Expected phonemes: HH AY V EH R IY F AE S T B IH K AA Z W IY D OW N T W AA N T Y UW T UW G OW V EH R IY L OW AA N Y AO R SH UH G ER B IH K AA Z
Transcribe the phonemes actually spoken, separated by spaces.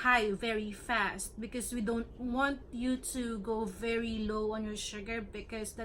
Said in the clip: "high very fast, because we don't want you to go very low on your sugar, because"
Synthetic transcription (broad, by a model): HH AY V EH R IY F AE S T B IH K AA S W IY D OW N T W AA N T Y UW T UW G OW V EH R IY L OW AA N Y AO R SH UH G ER B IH K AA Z